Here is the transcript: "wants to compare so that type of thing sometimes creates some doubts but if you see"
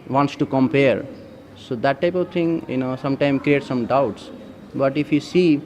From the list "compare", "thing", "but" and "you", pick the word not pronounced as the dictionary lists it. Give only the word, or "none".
thing